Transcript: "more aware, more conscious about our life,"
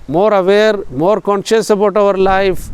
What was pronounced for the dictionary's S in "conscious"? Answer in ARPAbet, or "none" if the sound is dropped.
S